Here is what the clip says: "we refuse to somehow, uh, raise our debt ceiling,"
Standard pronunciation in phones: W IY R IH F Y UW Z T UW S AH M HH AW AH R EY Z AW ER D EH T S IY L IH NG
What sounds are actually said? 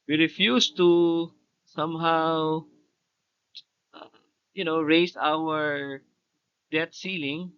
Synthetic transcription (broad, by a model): W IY R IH F Y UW S T UW S AH M HH AW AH R EY S AW ER D EH T S IY L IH NG